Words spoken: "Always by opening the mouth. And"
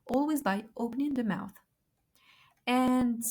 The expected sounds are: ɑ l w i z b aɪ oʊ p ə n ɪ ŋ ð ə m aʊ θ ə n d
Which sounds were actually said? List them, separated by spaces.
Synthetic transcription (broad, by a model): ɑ l w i z b aɪ oʊ p ə n ɪ ŋ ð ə m aʊ θ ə n